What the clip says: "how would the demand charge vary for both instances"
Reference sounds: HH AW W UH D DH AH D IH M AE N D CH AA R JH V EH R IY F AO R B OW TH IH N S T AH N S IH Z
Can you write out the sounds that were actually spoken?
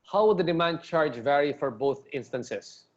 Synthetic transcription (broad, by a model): HH AW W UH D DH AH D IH M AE N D CH AA R JH V EH R IY F AO R B OW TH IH N S T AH N S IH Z